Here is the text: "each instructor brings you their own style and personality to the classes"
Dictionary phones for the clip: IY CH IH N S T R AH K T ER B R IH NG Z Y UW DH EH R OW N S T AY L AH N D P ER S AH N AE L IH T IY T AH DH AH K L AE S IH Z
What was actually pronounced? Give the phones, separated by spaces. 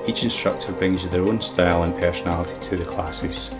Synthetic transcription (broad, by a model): IY CH IH N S T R AH K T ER B R IH NG Z Y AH DH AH R OW N S T AY L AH N P ER S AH N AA L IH T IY T AH DH AH K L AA S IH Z